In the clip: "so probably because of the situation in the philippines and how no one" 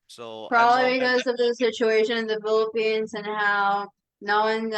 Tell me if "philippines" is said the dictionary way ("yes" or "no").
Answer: yes